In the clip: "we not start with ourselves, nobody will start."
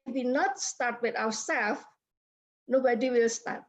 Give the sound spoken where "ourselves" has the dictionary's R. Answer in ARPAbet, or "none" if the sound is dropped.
W